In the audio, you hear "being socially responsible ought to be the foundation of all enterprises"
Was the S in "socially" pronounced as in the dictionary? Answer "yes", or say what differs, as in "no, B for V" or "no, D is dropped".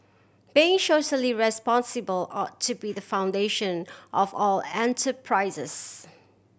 no, SH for S